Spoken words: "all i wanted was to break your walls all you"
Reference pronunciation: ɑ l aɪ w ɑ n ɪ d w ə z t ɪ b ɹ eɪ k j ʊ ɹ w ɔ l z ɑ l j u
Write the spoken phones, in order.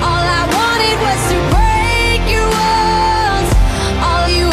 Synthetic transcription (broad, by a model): ɑ l aɪ w ɑ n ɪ d w ə z t ɪ b ɹ eɪ k j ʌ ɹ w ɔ n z ɑ l j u